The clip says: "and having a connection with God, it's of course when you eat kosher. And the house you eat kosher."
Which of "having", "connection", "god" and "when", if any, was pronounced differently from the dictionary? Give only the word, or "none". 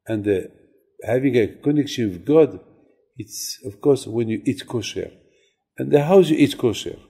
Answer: none